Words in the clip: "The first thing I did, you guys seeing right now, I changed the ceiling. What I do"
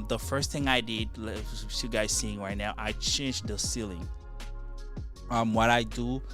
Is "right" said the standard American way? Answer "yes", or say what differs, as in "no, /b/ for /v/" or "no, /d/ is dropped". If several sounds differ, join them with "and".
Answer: yes